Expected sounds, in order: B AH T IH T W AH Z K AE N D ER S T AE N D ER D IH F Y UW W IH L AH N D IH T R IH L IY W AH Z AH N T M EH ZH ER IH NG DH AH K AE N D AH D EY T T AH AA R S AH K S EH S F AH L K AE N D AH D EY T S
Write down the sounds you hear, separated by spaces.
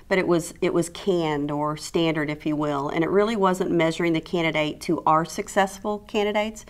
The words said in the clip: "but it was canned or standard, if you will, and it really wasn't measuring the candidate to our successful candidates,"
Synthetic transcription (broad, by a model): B AH T IH T W AH Z K AE N D ER S T AE N D ER D IH F Y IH W IH L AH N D IH T R IH L IY W AH Z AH N M EH ZH ER IH NG DH AH K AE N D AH D EY T T AH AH R S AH K S EH S F L K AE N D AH D EY T S